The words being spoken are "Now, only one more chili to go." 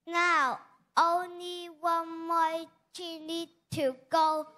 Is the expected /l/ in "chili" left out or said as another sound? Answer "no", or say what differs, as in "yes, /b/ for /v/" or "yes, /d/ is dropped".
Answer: yes, /n/ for /l/